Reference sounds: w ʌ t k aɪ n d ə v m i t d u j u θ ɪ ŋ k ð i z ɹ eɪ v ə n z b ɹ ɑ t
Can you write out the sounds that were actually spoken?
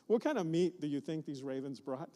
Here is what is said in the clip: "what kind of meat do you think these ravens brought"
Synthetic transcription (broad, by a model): w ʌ t k aɪ n d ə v m i t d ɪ j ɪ θ ɪ ŋ k ð i z ɹ eɪ v ə n z b ɹ ɑ t